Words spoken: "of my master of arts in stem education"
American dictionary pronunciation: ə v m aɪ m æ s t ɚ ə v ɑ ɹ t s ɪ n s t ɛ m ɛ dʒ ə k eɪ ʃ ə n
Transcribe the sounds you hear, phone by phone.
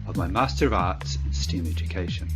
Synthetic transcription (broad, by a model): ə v m aɪ m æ s t ɚ ə v ɑ ɹ t s ɪ n s t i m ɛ dʒ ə k eɪ ʃ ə n